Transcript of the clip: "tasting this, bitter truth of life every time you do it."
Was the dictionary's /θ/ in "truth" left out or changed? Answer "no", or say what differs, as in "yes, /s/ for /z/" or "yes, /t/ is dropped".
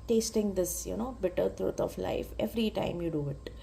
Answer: yes, /t/ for /θ/